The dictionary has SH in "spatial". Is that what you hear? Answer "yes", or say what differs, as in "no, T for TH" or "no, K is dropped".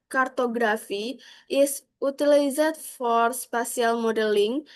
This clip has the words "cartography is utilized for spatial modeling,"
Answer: no, S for SH